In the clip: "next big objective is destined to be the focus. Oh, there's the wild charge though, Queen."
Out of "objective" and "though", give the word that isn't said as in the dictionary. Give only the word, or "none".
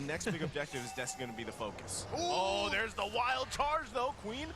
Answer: none